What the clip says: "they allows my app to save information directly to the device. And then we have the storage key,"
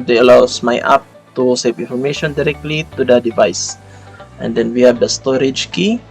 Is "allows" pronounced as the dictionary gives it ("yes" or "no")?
no